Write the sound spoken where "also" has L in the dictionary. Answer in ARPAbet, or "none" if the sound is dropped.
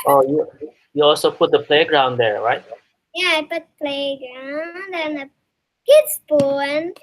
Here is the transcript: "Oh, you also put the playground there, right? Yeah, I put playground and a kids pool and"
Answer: L